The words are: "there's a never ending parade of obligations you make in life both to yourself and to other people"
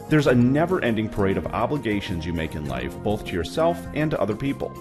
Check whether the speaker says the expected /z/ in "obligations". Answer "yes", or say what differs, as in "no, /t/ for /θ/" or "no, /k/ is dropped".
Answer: yes